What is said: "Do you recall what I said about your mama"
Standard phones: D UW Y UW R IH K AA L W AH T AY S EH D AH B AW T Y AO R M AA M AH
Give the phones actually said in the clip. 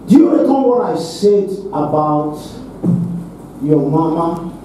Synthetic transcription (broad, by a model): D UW Y UW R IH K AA N W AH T AY S EH D AH B AW T Y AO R M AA M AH